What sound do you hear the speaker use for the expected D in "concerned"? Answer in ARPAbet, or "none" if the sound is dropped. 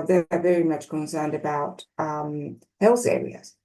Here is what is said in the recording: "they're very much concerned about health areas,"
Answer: D